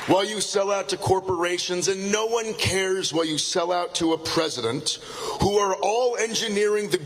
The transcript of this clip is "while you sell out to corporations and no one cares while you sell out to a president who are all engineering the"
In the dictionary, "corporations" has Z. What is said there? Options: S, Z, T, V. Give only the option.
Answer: Z